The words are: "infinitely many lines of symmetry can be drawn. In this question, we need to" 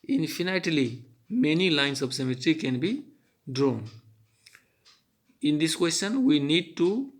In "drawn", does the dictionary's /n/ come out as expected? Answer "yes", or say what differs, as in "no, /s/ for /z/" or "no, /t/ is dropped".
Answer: yes